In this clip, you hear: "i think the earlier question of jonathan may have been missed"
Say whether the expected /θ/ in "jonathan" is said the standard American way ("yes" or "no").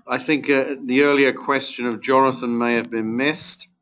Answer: yes